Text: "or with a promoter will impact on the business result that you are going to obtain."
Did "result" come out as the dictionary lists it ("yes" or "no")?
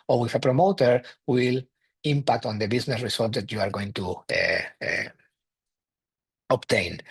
no